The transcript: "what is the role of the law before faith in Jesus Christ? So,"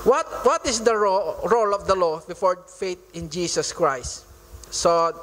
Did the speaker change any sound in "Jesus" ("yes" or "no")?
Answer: yes